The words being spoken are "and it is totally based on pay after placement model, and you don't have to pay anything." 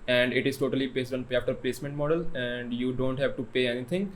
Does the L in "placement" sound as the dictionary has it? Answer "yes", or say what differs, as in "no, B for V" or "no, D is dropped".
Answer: yes